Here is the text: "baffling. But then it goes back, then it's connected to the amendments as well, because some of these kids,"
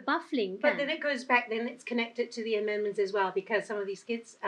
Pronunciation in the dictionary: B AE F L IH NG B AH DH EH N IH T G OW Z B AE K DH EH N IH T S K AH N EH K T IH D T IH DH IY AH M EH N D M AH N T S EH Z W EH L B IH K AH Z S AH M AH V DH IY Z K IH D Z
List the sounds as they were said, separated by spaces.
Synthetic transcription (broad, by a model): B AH F L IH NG B AH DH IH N IH T G OW Z B AE K DH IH N IH T S K AH N EH K T IH D T IH DH IY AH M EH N M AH N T S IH Z W EH L B IH K AH Z S AH M AH V DH IY Z K IH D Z